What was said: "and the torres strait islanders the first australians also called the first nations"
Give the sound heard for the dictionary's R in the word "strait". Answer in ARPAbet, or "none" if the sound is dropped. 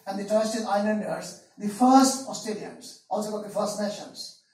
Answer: none